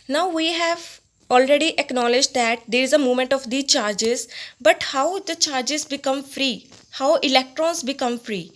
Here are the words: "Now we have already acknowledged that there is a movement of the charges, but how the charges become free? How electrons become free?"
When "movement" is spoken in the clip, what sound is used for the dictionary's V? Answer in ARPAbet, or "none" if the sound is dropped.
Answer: none